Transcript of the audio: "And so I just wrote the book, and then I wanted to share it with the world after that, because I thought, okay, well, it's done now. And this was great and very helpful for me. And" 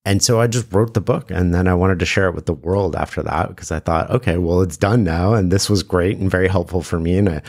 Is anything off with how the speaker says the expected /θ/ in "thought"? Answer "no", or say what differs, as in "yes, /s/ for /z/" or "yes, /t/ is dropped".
no